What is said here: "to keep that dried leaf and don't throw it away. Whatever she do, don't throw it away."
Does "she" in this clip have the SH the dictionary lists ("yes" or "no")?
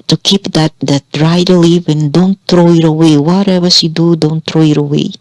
no